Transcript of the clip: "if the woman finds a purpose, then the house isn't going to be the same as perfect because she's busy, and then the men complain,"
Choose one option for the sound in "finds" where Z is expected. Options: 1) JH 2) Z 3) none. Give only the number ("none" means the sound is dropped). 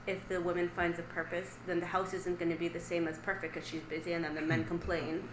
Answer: 2